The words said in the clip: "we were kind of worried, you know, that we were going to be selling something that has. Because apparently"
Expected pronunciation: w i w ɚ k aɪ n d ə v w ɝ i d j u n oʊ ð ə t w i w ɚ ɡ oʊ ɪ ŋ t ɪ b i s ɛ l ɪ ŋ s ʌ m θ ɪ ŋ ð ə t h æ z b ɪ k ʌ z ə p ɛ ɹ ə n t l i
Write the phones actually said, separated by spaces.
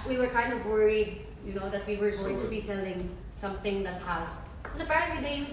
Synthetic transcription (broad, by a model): w i w ɚ k aɪ n d ə v w ɝ i d j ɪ n oʊ ð ə t w i w ɚ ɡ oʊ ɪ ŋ t ɪ b i s ɛ l ɪ ŋ s ʌ m θ ɪ ŋ ð ə t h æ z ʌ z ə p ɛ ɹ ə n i